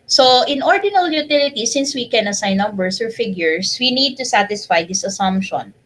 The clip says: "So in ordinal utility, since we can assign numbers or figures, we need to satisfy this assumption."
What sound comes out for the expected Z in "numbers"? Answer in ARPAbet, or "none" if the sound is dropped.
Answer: S